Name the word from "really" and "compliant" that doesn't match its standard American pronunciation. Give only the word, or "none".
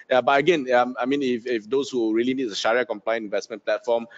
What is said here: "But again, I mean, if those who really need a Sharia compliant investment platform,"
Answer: compliant